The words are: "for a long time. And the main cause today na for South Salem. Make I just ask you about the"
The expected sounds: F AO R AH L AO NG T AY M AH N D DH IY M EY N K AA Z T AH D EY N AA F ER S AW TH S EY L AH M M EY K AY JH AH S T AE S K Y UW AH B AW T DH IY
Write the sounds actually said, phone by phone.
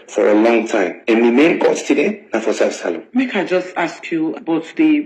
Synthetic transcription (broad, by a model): F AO R AH L AO NG T AY M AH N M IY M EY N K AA S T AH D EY N AA F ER S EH F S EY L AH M M EY K AY JH AH S T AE S K Y UW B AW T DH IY